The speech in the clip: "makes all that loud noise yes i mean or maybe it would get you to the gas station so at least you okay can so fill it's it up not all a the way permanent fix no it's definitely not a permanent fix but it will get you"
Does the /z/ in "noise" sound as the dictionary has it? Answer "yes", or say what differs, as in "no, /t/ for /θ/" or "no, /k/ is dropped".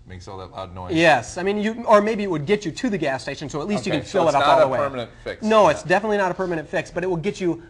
no, /z/ is dropped